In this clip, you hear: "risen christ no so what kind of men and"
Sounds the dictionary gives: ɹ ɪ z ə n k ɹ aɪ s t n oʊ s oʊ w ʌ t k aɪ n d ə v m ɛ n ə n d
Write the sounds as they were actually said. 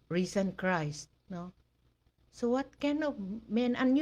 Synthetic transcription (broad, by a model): ɹ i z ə n k ɹ aɪ s t n oʊ s oʊ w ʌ t k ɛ n ə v m ɛ n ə n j